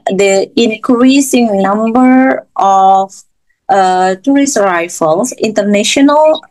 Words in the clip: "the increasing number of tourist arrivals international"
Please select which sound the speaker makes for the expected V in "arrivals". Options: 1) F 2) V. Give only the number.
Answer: 1